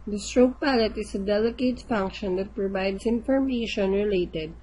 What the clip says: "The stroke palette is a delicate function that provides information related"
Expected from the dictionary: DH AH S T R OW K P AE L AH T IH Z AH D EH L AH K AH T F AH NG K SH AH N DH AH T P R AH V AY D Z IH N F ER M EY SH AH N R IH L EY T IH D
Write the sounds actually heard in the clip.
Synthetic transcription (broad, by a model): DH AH S T R OW K P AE L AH T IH S AH D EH L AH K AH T F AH NG K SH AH N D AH T P R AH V AY D S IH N F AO M EY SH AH N R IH L EY T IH D